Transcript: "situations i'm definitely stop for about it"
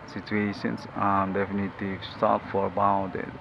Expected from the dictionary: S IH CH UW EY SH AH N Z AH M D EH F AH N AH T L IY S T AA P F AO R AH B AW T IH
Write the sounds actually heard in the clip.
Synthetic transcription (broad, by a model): S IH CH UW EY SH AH N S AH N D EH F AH N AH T IY S T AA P F AO R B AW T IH